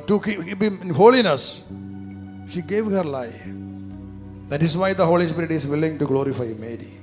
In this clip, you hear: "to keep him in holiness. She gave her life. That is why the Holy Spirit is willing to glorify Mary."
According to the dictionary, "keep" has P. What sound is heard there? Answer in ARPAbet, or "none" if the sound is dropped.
B